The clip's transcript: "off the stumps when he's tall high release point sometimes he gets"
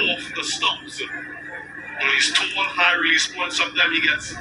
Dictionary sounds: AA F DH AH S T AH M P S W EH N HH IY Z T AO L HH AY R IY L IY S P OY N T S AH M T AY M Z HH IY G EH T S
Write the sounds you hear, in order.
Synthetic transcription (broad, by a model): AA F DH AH S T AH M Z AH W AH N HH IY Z T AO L HH AY R IY L IY S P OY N S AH M T AY M HH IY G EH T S